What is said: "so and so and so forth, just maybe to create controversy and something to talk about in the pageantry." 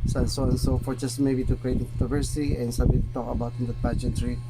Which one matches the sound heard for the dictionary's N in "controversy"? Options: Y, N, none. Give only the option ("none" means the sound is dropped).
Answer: none